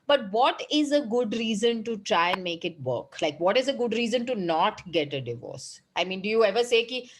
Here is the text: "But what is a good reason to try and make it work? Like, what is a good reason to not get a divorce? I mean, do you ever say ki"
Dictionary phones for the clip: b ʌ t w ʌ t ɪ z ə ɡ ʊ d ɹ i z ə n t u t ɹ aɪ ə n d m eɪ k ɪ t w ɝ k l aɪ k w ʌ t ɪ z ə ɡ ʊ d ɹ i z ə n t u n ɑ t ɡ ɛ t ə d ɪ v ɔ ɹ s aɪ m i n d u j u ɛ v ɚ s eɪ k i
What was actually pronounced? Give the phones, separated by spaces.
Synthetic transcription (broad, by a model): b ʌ t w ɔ t ɪ z ə ɡ ʊ d ɹ i z ə n t u t ɹ aɪ ə n d m eɪ k ɪ t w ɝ k l aɪ k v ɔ t ɪ z ə ɡ ʊ d ɹ i z ə n t u n ɑ t ɡ ɛ t ə d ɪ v ɔ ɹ s aɪ m i n d u j u ɛ v ɚ s eɪ k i